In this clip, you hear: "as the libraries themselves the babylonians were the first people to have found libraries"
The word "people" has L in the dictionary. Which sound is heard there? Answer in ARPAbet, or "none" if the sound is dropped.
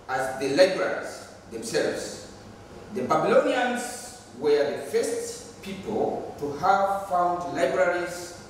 L